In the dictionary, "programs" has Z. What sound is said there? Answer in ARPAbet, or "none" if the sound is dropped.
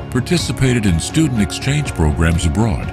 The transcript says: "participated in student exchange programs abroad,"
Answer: Z